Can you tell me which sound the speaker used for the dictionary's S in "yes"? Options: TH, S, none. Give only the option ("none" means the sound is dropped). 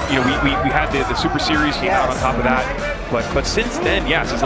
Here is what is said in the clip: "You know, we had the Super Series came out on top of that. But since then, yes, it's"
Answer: S